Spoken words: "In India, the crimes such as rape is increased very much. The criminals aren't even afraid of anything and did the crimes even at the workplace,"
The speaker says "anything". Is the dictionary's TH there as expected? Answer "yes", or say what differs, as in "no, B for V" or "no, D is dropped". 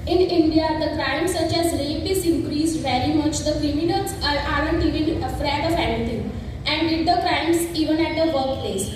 no, T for TH